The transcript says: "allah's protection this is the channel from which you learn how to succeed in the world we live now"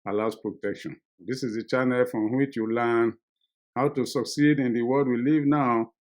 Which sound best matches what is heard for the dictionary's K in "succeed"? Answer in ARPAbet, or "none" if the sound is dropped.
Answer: K